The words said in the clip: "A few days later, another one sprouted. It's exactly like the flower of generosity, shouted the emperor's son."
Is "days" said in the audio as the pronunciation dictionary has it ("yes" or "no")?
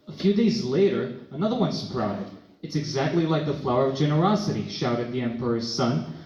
yes